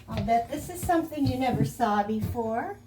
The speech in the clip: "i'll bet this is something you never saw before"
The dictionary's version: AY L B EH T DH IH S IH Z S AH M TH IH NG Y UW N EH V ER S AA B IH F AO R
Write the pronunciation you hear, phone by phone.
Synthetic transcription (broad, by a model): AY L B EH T DH IH S IH Z S AH M TH IH NG Y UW N EH V ER S AA B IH F AO R